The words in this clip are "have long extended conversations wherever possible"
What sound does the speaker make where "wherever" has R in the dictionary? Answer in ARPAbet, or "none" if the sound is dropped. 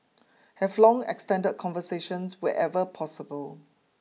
none